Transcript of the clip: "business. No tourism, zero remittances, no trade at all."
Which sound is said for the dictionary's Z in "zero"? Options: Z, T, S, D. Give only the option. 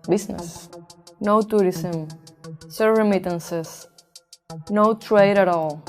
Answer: S